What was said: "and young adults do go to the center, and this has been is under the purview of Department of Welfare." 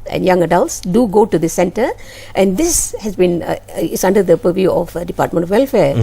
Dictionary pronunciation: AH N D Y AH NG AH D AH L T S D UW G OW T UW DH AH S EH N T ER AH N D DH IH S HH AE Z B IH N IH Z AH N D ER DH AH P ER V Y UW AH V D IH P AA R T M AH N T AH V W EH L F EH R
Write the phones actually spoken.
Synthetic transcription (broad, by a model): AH N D Y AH NG AH D AH L T S D UW G OW T UW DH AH S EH N T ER AH N D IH S HH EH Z B IH N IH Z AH N D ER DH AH P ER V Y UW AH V D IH P AA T M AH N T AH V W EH L F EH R